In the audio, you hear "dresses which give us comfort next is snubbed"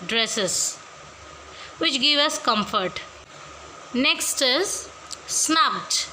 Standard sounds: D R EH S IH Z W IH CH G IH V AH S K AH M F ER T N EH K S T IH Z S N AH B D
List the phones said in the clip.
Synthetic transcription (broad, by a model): D R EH S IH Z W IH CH G IH V AH S K AH M F ER T N EH K S T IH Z S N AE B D